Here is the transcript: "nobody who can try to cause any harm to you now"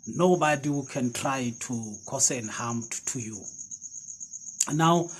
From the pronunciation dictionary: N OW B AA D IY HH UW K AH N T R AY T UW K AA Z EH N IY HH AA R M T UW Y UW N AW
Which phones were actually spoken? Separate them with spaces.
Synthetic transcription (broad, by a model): N OW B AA D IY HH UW K AH N T R AY T UW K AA S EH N HH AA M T T UW Y UW N AW